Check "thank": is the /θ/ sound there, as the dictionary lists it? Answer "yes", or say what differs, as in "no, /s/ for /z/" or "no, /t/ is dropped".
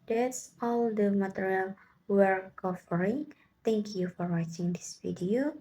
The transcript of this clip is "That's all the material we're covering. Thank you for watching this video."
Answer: no, /t/ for /θ/